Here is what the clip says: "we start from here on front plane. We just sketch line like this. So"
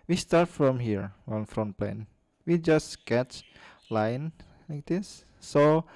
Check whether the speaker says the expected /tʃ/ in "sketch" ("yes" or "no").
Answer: yes